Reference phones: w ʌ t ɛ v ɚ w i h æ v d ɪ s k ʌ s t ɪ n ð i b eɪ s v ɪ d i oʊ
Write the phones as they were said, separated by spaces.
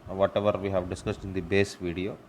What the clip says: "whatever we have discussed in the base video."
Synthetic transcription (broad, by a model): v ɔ t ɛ v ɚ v i h æ v d ɪ s k ʌ s t ɪ n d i b eɪ s v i d i oʊ